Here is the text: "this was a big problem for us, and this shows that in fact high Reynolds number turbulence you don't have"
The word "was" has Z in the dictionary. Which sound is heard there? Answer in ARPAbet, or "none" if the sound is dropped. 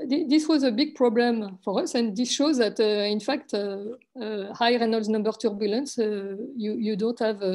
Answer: Z